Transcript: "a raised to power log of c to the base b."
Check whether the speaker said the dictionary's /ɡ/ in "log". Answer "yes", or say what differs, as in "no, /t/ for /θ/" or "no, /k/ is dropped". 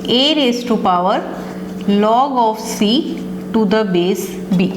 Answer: yes